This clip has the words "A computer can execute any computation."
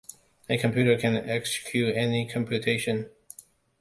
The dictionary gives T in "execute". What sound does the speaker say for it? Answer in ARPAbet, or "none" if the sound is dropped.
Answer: none